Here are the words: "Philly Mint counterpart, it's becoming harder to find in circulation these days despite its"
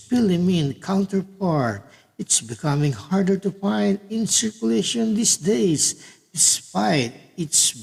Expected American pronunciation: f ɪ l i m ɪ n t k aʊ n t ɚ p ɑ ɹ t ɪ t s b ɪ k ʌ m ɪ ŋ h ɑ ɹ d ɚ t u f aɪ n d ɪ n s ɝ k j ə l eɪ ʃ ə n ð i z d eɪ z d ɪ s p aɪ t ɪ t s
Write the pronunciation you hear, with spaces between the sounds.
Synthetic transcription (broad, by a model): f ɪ l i m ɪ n k aʊ n t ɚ p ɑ ɹ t ɪ t s b ɪ k ʌ m ɪ ŋ h ɑ ɹ d ɚ t u f aɪ n d ɪ n s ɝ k j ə l eɪ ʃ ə n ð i s d eɪ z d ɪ s p aɪ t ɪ t s